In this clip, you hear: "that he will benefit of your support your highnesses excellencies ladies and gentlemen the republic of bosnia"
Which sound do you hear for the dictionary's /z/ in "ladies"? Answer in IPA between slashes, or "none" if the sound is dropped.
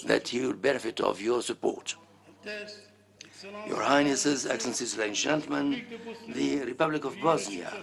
none